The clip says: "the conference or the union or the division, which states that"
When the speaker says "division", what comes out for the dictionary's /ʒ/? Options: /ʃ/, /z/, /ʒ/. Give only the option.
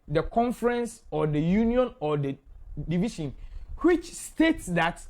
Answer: /ʃ/